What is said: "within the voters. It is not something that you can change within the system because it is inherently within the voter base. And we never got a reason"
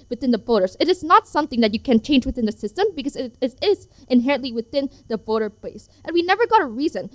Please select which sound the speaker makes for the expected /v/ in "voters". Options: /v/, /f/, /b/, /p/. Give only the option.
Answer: /b/